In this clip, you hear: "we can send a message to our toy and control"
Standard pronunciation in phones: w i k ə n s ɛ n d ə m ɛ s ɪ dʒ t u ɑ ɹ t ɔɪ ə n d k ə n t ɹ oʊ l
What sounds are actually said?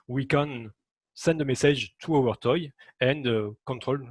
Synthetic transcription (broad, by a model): w i k ə n s ɛ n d ə m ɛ s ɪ ʒ t u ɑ ɹ t ɔɪ ə n d k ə t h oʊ l